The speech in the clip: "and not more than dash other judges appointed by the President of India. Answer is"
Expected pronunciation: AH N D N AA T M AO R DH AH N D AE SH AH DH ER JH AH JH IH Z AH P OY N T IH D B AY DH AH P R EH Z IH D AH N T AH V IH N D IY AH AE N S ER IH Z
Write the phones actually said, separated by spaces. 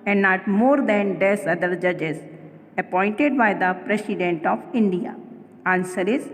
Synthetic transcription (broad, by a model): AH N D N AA T M AO R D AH N D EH S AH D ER JH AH JH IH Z AH P OY N T IH D B AY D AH P R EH S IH D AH N T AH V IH N D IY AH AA N S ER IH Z